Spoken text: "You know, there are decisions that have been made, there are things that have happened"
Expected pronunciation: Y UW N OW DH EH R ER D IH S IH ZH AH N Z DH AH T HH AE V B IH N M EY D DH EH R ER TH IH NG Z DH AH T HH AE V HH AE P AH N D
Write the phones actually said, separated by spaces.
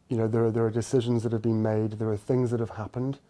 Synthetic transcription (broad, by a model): Y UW N OW DH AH R ER D IH S IH ZH AH N Z DH AH T HH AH V B IH N M EY D DH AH R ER TH IH NG Z DH AH T HH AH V HH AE P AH N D